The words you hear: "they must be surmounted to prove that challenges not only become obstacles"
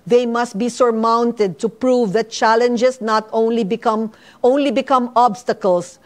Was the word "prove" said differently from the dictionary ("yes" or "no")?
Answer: no